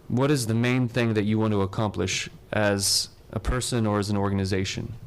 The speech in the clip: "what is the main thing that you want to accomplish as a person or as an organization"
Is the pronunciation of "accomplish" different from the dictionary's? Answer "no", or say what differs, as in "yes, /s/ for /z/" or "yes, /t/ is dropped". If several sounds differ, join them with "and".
no